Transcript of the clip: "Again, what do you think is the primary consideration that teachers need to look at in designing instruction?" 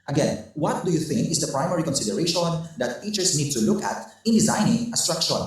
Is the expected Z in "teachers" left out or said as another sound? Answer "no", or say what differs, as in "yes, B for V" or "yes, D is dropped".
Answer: yes, S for Z